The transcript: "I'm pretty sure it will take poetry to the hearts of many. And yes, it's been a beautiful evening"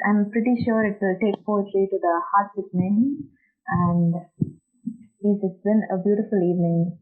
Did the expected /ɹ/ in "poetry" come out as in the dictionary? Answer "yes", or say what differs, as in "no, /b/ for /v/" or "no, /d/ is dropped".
no, /l/ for /ɹ/